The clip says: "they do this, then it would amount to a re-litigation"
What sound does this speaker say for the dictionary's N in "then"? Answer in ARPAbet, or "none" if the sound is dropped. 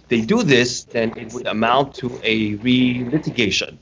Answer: N